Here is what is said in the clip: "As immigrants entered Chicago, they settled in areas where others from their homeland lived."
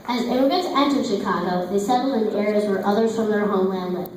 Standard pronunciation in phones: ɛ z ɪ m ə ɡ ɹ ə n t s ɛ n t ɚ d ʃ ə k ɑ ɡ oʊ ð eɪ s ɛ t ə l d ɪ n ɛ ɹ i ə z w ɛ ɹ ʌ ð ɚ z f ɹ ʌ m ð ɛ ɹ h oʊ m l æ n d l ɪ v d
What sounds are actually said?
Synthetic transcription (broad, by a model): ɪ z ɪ ə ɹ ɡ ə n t ɛ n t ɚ ʃ ə k ɑ ɡ oʊ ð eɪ s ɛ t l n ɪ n ɛ ɹ i ə z w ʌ ɹ ʌ ð ɚ z f ɹ ʌ m ð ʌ ɹ h oʊ m l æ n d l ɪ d